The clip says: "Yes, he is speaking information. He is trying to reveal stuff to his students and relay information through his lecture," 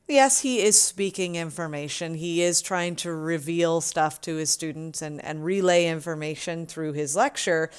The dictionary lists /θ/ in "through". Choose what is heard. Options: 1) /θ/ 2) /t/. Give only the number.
1